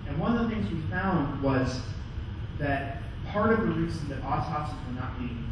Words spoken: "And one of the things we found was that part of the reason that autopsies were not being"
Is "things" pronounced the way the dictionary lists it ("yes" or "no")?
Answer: yes